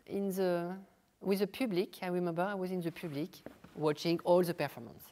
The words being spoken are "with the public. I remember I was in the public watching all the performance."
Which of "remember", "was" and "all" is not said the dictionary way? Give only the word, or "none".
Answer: none